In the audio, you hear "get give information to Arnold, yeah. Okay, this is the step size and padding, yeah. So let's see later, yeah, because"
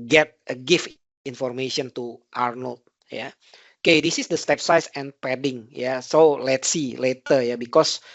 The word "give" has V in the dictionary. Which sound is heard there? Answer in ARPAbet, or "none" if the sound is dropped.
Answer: F